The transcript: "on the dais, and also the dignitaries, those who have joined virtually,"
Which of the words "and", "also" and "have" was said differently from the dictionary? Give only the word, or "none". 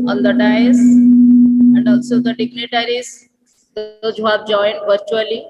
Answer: have